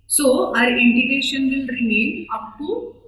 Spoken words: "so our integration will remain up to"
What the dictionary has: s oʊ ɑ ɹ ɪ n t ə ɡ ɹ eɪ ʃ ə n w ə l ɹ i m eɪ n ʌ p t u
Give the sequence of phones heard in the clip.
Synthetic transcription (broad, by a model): s oʊ ɑ ɹ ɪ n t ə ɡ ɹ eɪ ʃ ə n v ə l ɹ i m eɪ n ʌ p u